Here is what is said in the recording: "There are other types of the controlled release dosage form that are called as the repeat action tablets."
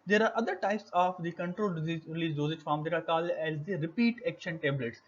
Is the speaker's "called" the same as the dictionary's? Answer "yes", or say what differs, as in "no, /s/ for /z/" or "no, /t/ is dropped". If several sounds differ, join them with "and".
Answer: no, /d/ is dropped